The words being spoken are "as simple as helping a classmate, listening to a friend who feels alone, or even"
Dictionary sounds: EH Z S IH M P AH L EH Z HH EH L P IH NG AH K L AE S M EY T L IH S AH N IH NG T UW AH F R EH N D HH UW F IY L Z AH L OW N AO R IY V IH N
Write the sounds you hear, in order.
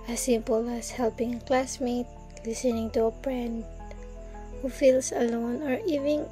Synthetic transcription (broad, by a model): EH S IH M P AH L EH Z HH EH L P IH NG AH K L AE S M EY T L IH S AH N IH NG T UW AH P R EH N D HH UW F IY L S AH L OW N AO R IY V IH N